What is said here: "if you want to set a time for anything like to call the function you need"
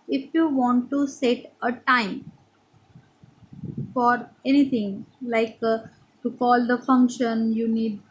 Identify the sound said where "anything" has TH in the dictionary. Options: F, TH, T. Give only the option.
T